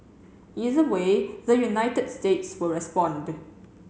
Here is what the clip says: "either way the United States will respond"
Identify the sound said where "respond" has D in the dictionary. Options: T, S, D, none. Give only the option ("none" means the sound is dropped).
D